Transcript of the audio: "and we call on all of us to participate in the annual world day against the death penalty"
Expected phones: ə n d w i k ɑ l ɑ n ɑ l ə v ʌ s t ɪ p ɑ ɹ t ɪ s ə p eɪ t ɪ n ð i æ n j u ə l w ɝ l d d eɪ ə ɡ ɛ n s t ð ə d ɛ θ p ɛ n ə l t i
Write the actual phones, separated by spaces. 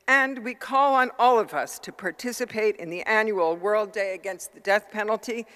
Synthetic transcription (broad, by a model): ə n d w i k ɑ l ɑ n ɑ l ə v ʌ s t ɪ p ɑ ɹ t ɪ s ə p eɪ t ɪ n ð i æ n j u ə l w ɝ l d d eɪ ə ɡ ɛ n s t ð ə d ɛ θ p ɛ n l t i